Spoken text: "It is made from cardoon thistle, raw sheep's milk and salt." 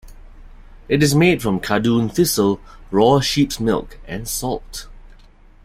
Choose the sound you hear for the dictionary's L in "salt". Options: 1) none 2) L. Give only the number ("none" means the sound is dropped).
2